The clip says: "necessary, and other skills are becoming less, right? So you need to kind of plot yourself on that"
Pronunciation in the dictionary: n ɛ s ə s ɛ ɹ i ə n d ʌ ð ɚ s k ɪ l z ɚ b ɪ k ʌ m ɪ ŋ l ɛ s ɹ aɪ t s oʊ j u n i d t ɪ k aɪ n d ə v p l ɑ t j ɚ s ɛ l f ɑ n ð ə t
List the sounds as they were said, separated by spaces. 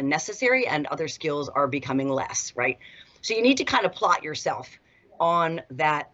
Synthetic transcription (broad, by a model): n ɛ s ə s ɛ ɹ i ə n ʌ ð ɚ s k ɪ l z ɚ b ɪ k ʌ m ɪ ŋ l ɛ s ɹ aɪ t s oʊ j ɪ n i d t ɪ k aɪ n d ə p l ɑ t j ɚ s ɛ l f n ð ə t